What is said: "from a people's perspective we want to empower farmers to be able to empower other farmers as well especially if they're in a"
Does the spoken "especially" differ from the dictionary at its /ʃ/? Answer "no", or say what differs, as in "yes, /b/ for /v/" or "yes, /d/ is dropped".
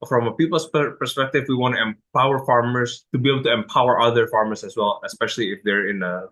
no